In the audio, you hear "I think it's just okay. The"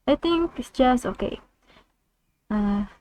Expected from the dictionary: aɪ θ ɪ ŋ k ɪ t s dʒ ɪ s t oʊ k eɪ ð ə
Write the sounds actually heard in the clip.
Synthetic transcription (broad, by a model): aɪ t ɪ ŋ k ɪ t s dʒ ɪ s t oʊ k eɪ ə